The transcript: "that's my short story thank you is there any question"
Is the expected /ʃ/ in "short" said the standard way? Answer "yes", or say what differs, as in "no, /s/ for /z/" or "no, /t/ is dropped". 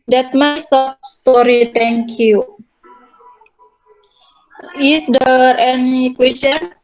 no, /s/ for /ʃ/